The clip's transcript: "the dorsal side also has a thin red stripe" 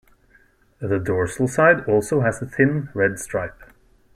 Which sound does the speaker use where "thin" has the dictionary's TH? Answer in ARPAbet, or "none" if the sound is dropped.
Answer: TH